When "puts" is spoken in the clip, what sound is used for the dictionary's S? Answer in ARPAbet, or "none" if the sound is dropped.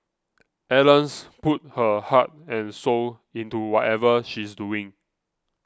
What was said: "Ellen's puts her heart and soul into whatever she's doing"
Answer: none